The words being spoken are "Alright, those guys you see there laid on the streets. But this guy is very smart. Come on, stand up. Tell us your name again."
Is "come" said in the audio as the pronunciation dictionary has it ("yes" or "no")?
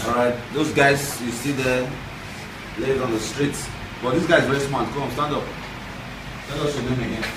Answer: no